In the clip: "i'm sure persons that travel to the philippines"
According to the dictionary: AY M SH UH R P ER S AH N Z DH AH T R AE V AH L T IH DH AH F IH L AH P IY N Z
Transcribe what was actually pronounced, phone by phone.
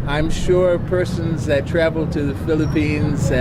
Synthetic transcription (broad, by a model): AY M SH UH R P ER S AH N Z DH AH T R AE V L T IH DH AH F IH L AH P IY N Z